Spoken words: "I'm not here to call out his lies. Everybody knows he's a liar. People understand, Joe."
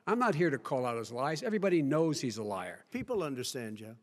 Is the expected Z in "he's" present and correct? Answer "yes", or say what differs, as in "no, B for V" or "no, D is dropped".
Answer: yes